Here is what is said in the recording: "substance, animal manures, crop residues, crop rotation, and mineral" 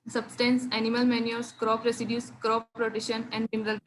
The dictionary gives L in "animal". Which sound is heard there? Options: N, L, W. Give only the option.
L